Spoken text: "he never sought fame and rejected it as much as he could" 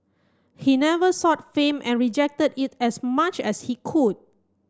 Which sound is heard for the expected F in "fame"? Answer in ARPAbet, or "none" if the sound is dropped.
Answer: F